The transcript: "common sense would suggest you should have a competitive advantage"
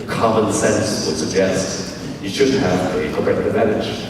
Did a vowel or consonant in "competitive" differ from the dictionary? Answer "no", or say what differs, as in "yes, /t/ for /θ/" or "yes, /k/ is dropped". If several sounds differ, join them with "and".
yes, /m/ is dropped